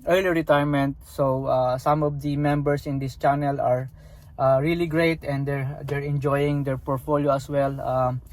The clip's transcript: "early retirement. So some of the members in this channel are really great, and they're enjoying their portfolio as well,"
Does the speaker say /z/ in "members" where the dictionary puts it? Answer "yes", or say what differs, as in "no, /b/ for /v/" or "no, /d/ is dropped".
no, /s/ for /z/